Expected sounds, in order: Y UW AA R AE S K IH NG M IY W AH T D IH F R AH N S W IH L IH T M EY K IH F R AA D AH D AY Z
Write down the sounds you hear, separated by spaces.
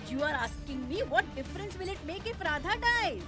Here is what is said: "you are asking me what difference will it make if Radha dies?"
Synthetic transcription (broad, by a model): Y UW AA R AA S K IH NG M IY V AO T D IH F R AH N S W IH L IH T M EY K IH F R AA D AH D AY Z